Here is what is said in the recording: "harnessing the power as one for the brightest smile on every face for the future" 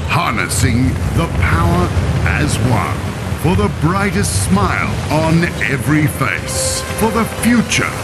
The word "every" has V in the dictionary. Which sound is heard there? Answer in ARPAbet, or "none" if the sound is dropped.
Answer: V